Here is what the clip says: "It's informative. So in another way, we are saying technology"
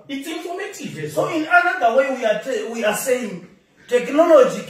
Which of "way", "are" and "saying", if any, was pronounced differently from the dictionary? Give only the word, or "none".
are